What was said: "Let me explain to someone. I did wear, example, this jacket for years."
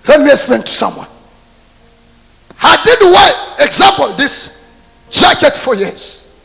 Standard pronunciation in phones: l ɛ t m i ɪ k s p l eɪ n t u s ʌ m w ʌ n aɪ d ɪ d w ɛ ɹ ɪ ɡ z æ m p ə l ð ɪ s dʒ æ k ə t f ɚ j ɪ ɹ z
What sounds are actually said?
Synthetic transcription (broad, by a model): l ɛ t m i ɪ s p eɪ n t u s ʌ m w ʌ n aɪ d ɪ d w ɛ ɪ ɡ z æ m p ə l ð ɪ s dʒ æ k ə t f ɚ j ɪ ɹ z